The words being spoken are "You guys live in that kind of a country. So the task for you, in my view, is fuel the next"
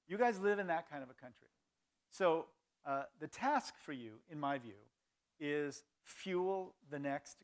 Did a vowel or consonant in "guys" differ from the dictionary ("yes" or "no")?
no